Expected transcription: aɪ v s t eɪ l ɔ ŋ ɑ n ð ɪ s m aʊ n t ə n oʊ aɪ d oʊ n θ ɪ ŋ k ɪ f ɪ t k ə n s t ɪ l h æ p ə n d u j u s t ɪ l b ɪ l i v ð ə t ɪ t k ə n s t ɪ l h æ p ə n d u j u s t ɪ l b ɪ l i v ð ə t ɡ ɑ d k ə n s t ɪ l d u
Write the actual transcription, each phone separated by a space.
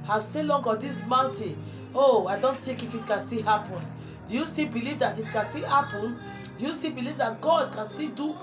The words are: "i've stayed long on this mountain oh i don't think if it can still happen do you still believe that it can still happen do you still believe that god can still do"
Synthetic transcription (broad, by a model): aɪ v s t eɪ l ɔ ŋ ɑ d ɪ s m aʊ n t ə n oʊ aɪ d oʊ n t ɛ k ɪ f ɪ t k ə n s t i h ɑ p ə n d u j u s t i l b ɪ l i v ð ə t ɪ t k ə n s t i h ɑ p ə n d u j u s t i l b ɪ l i v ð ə t ɡ ɑ d k ə n s t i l d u